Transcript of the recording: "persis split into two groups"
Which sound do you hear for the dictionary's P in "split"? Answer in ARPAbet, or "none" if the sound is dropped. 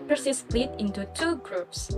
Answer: none